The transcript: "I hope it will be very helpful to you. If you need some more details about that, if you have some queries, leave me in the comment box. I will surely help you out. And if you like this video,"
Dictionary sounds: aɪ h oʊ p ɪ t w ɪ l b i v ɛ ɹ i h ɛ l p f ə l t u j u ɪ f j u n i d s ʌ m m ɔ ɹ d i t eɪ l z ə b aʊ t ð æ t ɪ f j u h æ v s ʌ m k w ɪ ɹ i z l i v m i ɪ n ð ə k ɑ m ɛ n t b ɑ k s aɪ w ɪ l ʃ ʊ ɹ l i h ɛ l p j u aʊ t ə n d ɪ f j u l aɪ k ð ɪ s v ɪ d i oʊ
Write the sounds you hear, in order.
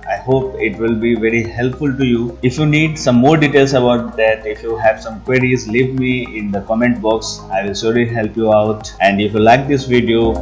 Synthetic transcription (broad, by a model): aɪ h oʊ p ɪ t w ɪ l b i v ɛ ɹ i h ɛ l p f ə l t u j u ɪ f j u n i d s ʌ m m ɔ ɹ d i t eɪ l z ə b aʊ t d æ t ɪ f j u h æ v s ʌ m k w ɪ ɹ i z l i v m i ɪ n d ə k ɑ m ɛ n t b ɑ k s aɪ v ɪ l s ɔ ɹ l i h ɛ l p j u aʊ t ə n d ɪ f j u l aɪ k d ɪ s v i d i oʊ